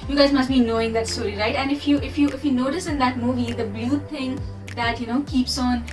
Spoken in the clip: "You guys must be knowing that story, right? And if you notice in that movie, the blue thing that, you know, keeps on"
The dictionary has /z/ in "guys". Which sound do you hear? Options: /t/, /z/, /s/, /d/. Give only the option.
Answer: /z/